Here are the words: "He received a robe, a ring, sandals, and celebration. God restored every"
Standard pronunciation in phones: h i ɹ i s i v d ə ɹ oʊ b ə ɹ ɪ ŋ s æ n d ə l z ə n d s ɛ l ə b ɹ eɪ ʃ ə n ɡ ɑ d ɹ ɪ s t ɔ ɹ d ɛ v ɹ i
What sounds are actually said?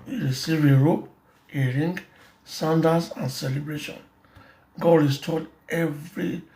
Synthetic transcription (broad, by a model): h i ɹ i s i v ə ɹ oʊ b ə ɹ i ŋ s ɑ n d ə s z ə n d s ɛ l ə b ɹ eɪ ʃ ə n ɡ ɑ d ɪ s t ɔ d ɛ v ɹ i